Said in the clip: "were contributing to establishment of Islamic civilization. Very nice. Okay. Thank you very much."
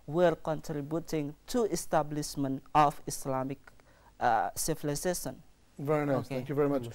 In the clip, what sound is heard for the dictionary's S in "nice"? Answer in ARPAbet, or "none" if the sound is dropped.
none